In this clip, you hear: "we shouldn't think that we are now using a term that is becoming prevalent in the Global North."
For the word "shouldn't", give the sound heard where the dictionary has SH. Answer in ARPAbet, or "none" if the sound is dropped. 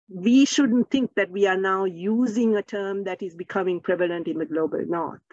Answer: SH